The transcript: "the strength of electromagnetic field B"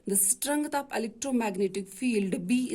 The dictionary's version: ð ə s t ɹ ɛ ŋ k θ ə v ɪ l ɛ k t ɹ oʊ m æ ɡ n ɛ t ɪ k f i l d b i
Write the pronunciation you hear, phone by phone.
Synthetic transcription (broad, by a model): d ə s t ɹ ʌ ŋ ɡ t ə p ɪ l ɛ k t ɹ oʊ m æ ɡ n ɛ t ɪ k f i l d b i